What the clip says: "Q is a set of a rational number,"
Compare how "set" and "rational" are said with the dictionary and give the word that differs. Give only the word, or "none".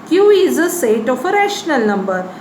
none